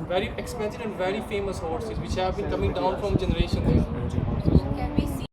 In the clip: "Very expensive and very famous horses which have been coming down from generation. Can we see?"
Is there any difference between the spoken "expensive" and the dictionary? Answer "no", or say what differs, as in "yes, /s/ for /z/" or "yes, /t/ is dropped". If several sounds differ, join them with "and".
yes, /v/ is dropped